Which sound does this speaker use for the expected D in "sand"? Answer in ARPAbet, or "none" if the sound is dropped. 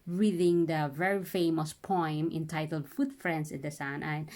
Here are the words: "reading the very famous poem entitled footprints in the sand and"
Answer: none